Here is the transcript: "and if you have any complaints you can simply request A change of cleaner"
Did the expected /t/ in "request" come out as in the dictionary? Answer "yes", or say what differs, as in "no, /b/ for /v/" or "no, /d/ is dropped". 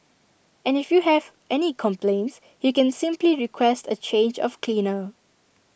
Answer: yes